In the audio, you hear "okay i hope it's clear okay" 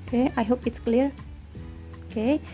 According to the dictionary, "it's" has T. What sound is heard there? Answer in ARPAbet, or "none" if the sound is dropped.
T